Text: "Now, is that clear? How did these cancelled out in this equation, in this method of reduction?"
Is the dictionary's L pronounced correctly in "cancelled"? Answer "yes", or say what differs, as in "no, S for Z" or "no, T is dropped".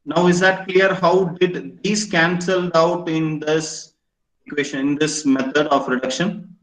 yes